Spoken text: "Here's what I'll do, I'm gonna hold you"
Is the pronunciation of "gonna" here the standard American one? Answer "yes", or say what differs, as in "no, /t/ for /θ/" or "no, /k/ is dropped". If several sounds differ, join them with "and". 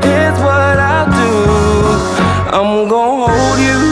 no, /n/ is dropped